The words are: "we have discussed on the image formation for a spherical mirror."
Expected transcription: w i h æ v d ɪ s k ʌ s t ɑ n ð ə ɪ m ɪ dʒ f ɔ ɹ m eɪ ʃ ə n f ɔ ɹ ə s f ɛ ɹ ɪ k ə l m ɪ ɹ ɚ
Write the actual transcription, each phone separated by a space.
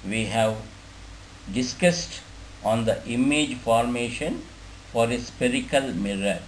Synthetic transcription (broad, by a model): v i h æ v d ɪ s k ʌ s t ɑ n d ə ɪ m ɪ dʒ f ɔ ɹ m eɪ ʃ ə n f ɔ ɹ ə s p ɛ ɹ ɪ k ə l m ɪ ɹ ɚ